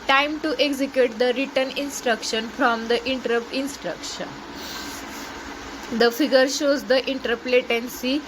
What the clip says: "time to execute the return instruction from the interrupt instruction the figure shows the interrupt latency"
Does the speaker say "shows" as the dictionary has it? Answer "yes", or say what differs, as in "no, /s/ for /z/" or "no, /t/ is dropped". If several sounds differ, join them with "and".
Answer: yes